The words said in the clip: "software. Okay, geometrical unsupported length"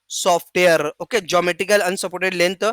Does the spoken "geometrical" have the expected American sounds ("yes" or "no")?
no